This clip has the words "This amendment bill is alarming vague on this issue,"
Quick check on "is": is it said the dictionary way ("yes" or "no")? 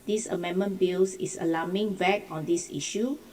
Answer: no